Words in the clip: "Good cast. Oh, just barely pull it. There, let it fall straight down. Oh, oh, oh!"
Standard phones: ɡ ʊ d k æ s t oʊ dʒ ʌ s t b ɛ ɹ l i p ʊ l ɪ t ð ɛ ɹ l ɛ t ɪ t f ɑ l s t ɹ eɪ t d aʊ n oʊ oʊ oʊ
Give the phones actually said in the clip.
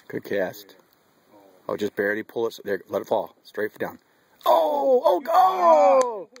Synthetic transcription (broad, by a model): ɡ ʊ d k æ s t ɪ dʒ ʌ s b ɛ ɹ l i p ʊ l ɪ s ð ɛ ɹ l ɛ t ɪ t f ɑ l s t ɹ eɪ t d aʊ n oʊ oʊ oʊ